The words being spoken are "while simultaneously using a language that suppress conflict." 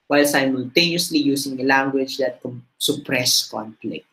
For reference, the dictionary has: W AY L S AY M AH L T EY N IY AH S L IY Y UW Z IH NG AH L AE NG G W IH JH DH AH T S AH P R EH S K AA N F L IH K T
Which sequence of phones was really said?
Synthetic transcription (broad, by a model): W AY L S AY M AH L T EY N IY AH S L IY Y UW S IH NG AH L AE NG G W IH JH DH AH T S AH P R EH S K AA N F L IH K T